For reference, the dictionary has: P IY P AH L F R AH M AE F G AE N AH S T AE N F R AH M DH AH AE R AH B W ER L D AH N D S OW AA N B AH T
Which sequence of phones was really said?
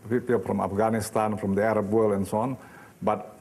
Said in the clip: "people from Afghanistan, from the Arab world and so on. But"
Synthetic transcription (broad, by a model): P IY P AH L F R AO M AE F G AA N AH S T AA N F R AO M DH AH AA R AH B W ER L AH N S OW AA N B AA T